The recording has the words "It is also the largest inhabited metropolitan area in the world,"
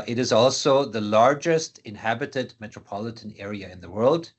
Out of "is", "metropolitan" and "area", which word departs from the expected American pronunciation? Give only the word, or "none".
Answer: none